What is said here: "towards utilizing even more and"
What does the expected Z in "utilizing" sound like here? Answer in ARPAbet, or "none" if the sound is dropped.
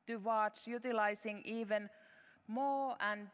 S